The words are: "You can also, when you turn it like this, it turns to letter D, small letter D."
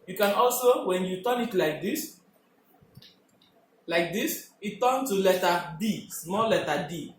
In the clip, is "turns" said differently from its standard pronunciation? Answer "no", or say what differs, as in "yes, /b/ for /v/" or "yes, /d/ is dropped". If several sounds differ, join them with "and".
yes, /z/ is dropped